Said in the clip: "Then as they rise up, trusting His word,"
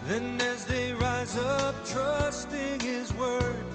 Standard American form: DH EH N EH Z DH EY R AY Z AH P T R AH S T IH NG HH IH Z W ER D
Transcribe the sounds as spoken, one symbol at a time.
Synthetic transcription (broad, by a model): DH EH N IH Z DH EY R AY Z AH P T R AH S T IH NG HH IH Z W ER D